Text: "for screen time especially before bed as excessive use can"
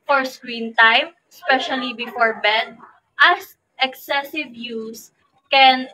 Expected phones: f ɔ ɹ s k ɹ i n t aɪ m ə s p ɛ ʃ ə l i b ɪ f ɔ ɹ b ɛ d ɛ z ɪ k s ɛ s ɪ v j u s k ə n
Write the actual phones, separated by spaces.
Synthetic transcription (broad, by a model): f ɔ ɹ s k ɹ i n t aɪ m ə s p ɛ ʃ ə l i b ɪ f ɔ ɹ b ɛ d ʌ s ɪ k s ɛ s ɪ v j u s k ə n